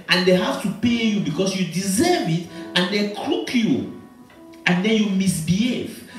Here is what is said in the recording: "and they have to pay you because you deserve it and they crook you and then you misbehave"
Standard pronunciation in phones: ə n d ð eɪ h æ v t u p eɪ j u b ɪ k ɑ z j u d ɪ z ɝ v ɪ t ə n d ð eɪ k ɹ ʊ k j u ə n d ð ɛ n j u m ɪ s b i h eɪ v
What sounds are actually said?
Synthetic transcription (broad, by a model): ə n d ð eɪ h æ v t u p eɪ j u b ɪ k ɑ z j u d ɪ z ɝ v ɪ t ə n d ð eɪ k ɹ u k j u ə n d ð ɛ n j u m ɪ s b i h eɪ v